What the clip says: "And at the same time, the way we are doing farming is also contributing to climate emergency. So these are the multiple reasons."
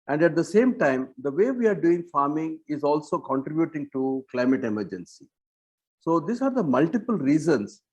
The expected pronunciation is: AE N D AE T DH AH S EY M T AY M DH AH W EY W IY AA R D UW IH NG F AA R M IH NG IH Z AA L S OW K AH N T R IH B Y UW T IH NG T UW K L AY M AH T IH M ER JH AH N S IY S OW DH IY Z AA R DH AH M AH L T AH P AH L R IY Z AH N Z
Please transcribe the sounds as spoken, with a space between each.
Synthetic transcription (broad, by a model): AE N D AE T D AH S EY M T AY M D AH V EY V IY AA R D UW IH NG F AA R M IH NG IH Z AA L S OW K AH N T R IH B Y UW T IH NG T UW K L AY M AH T IH M ER JH AH N S IY S OW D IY S AA R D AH M AH L T AH P AH L R IY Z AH N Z